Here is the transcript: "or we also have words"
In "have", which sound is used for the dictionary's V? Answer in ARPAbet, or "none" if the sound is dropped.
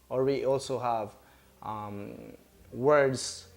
V